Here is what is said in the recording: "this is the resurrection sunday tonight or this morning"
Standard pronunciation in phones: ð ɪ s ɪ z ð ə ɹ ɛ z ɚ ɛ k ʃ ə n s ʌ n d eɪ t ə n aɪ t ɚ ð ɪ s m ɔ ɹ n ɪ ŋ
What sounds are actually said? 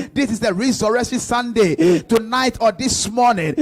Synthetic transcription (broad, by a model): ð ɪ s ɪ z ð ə ɹ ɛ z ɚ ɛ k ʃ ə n s ʌ n d eɪ t ə n aɪ t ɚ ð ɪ s m ɔ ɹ n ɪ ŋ